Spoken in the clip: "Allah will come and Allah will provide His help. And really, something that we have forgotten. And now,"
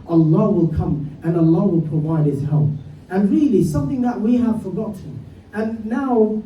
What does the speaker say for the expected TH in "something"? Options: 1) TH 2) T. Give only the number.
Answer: 1